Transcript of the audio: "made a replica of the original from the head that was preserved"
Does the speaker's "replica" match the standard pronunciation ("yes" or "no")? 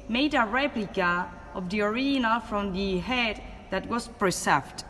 yes